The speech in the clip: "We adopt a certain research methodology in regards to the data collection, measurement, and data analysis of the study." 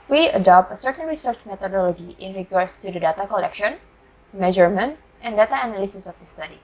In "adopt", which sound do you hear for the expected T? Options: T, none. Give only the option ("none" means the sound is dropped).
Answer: T